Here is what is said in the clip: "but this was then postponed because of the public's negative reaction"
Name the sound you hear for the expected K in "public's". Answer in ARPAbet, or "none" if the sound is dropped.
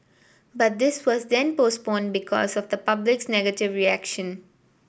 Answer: K